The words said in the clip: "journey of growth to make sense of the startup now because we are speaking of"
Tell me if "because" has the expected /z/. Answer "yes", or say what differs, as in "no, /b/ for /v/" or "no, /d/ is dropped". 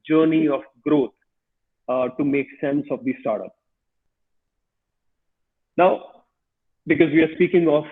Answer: yes